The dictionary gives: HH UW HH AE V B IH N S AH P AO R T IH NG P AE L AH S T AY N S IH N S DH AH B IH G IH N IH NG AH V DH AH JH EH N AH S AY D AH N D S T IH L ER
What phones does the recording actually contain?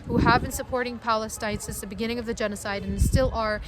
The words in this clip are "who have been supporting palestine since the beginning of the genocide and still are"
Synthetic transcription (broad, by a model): HH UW HH AE V B IH N S AH P AO R T IH NG P AE L AH S T AY N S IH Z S DH AH B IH G IH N IH NG AH V DH AH JH EH N AH S AY D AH N S T IH L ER